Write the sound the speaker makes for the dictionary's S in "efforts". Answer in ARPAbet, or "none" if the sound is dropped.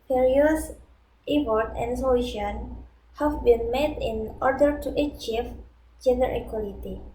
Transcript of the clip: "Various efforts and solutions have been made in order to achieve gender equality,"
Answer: none